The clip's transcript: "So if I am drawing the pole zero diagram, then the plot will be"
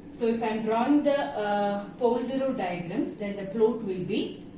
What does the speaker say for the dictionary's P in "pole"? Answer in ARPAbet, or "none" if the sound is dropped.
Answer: P